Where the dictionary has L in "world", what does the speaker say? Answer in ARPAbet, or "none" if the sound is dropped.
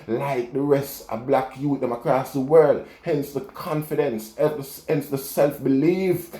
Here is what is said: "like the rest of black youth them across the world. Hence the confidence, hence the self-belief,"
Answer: L